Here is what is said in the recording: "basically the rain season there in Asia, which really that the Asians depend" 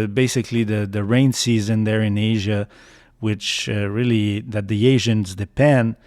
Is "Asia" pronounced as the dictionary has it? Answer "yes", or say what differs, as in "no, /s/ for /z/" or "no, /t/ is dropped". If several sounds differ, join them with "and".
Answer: yes